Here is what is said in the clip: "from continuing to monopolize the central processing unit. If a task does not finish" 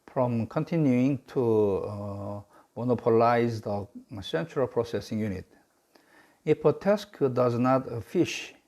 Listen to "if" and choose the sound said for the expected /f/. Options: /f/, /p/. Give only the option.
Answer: /p/